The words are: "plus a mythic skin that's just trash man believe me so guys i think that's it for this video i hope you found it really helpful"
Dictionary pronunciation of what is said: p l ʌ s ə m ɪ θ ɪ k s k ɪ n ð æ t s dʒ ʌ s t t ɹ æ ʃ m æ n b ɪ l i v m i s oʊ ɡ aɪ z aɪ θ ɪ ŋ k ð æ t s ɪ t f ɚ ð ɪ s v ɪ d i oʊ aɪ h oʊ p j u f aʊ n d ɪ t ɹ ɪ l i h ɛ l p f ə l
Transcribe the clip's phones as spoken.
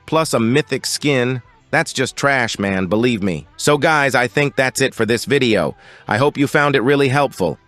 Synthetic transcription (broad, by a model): p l ʌ s ə m ɪ θ ɪ k s k ɪ n ð æ t s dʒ ʌ s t t ɹ æ ʃ m æ n b ɪ l i v m i s oʊ ɡ aɪ z aɪ θ ɪ ŋ k ð æ t s ɪ t f ɚ ð ɪ s v ɪ d i oʊ aɪ h oʊ p j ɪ f aʊ n d ɪ t ɹ ɪ l i h ɛ l p f l